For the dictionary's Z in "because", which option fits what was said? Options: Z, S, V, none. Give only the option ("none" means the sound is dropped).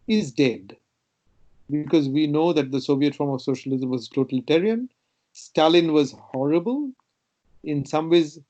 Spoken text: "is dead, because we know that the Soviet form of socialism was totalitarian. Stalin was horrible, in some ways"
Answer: Z